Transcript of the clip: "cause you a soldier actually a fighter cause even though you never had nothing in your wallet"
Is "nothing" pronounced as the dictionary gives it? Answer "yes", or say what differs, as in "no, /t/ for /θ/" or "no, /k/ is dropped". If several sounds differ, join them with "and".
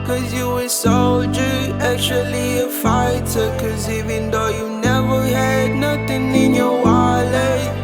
no, /t/ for /θ/